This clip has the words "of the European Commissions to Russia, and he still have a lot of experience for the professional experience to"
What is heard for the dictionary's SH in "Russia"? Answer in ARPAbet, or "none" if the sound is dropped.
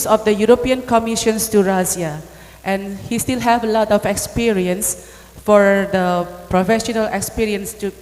S